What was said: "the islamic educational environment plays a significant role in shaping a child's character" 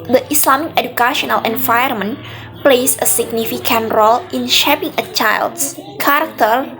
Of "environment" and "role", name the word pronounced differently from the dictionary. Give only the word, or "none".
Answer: environment